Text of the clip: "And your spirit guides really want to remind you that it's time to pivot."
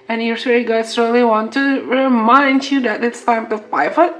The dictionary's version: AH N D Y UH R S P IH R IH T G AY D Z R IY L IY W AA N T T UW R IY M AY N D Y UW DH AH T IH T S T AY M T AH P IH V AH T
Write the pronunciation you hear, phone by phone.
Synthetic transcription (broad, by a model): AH N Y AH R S IH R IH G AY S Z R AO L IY W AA N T T UW R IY M AY N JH Y UW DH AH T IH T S T AY M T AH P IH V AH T